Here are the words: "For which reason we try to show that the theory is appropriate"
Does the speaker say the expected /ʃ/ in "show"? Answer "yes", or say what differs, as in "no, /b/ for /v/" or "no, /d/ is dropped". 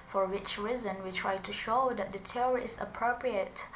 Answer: yes